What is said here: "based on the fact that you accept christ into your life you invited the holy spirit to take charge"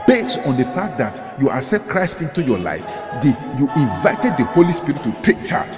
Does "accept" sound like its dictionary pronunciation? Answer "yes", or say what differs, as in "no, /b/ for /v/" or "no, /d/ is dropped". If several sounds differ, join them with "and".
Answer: no, /k/ is dropped